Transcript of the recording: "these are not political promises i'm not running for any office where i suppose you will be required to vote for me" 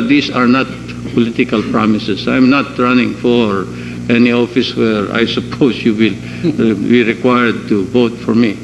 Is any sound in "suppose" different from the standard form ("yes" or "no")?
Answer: yes